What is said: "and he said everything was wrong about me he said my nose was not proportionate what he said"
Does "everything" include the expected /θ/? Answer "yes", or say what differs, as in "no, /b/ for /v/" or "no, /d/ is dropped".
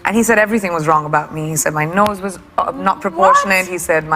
yes